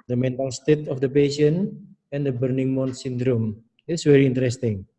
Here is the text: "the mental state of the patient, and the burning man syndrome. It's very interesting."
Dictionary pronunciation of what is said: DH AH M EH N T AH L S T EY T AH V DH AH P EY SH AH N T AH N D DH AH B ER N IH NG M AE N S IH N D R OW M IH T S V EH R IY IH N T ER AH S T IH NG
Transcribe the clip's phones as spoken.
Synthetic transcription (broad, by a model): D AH M EH N T AH L S T EY T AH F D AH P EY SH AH N AH N D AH B ER N IH NG M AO N S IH N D R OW M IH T S V EH R IY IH N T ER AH S T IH NG